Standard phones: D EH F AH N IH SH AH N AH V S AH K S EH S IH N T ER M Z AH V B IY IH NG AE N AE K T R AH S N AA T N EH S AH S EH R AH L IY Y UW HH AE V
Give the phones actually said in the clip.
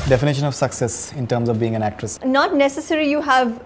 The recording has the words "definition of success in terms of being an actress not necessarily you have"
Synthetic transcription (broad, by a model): D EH F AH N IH SH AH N AH V S AH K S EH S IH N T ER M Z AH V B IY IH NG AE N AE K T R AH S N AA T N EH S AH S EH R IY Y UW HH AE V